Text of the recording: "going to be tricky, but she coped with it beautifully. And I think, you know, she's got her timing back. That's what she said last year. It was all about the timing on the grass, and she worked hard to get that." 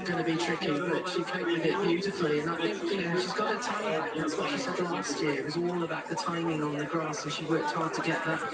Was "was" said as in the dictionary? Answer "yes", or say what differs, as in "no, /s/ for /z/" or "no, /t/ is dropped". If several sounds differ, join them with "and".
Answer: yes